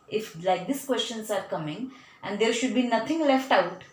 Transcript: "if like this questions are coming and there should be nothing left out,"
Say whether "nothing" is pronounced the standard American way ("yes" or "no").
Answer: no